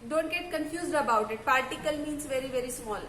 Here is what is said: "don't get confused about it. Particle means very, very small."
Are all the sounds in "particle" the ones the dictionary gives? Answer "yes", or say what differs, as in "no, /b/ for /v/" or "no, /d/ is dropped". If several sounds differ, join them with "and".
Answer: yes